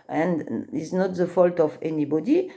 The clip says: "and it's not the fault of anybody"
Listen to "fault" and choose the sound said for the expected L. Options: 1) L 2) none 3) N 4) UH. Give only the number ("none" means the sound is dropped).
1